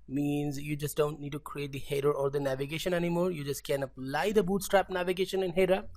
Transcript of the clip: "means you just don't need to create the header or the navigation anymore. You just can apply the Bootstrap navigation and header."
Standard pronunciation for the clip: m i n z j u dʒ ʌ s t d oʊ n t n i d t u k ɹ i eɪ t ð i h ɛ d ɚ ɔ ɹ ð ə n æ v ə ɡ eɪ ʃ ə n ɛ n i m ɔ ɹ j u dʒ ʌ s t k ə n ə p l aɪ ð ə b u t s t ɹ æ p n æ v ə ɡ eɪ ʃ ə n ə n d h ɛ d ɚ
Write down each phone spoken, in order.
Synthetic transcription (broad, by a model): m i n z j u dʒ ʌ s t d oʊ n t n i d t u k ɹ i eɪ t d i h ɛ d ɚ ɔ ɹ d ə n æ v ə ɡ eɪ ʃ ə n ɛ n i m ɔ ɹ j u dʒ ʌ s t k ə n ə p l aɪ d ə b u t s t ɹ æ p n æ v ə ɡ eɪ ʃ ə n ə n h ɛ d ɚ